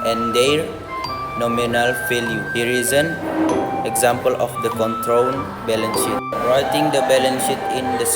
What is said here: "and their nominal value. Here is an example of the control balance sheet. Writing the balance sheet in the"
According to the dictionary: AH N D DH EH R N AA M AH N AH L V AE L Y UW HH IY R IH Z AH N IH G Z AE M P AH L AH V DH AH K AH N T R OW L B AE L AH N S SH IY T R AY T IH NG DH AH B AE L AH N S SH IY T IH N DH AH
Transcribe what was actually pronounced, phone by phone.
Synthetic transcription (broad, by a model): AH N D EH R N AA M AH N AH L F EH L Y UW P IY R IH Z AH N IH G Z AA M P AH L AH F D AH K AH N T R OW N B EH L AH N SH IY T R AY T IH NG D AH B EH L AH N SH IY T IH N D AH